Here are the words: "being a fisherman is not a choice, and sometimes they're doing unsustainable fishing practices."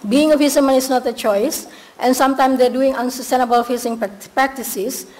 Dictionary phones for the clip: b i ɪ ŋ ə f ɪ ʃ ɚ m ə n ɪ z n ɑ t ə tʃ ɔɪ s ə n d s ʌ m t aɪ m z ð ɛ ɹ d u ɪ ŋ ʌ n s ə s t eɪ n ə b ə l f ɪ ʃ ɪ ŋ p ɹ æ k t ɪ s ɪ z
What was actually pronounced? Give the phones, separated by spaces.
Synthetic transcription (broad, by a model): b i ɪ ŋ ə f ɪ s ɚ m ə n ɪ s n ɑ t ə tʃ ɔɪ s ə n s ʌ m t aɪ m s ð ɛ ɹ d u ɪ ŋ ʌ n s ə s t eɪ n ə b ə l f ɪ s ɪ ŋ p ɹ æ k t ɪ s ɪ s